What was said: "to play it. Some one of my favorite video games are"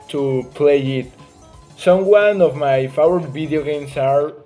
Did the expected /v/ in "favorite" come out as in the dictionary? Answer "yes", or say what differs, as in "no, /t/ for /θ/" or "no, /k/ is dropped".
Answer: no, /w/ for /v/